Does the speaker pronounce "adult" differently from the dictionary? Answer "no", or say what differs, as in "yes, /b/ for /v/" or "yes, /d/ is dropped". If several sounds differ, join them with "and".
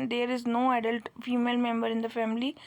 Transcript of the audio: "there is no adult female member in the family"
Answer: no